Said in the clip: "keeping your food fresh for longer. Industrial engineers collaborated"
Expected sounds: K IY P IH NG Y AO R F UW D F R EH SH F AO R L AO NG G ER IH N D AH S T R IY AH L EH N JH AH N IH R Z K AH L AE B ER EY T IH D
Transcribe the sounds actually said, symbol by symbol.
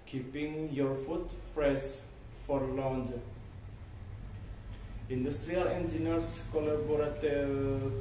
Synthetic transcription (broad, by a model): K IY P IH NG Y AO R F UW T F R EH S F AO R L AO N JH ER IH N D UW S T R IY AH L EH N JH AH N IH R S K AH L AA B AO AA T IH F